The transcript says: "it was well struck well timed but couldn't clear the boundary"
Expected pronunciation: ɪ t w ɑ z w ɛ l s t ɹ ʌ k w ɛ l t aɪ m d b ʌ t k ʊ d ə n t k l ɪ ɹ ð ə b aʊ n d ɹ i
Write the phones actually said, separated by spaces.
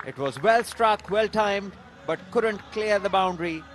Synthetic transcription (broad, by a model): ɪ t w ɑ z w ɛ l s t ɹ ʌ k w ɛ l t aɪ m d b ʌ t k ʊ d ə n t k l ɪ ɹ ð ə b aʊ n d ɹ i